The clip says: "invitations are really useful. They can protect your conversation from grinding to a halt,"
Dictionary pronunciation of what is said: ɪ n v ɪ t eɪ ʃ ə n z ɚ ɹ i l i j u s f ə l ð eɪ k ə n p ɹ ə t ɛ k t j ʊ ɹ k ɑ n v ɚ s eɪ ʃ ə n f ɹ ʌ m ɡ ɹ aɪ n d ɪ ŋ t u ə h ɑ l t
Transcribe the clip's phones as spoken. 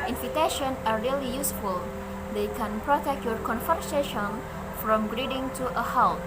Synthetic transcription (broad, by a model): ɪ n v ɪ t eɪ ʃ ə n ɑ ɹ i l i j u s f ə l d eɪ k ə n p ɹ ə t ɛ k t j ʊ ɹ k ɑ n f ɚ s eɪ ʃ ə n f ɹ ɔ m ɡ ɹ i d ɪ ŋ t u ə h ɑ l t